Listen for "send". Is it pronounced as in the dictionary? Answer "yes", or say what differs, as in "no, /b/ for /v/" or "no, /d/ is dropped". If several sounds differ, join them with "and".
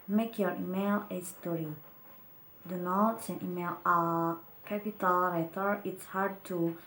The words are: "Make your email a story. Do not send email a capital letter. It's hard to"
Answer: no, /d/ is dropped